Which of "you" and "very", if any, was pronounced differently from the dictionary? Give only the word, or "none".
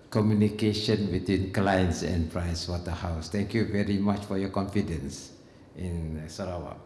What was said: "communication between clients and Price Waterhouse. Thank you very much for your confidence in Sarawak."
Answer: none